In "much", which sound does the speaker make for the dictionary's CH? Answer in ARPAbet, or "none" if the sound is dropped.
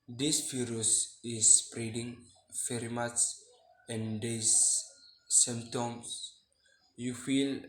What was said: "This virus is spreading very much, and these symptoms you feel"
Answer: S